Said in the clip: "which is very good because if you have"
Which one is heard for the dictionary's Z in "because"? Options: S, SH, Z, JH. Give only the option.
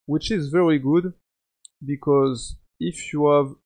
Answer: Z